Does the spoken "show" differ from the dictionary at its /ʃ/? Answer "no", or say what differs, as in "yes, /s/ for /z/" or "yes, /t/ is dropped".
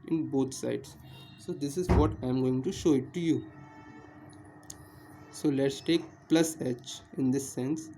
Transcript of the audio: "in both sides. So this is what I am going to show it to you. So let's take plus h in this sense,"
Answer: no